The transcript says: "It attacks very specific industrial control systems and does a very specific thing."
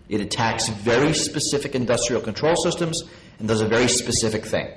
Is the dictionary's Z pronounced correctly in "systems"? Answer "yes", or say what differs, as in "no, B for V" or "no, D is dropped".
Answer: yes